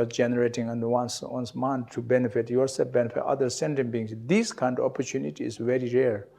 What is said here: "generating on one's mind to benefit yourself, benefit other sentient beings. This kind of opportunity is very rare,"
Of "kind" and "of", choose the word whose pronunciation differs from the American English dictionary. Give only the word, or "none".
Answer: of